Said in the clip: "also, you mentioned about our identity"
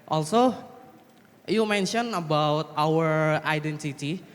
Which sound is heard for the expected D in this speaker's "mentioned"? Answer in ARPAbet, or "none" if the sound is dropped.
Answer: none